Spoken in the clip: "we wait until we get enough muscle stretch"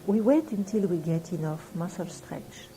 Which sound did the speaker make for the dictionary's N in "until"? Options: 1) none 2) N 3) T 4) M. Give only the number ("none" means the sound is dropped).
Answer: 2